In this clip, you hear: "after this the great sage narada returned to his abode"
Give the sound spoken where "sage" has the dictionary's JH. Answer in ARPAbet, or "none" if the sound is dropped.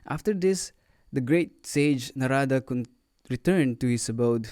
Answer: JH